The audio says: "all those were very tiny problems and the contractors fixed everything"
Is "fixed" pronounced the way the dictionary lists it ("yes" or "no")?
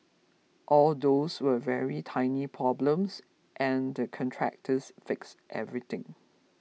yes